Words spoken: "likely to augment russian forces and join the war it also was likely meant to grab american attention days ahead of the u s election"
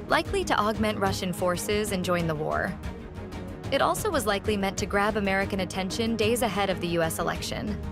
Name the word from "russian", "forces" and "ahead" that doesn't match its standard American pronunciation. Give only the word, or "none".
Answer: none